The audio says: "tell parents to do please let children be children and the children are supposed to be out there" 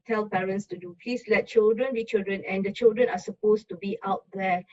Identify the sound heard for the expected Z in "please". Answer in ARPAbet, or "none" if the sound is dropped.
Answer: S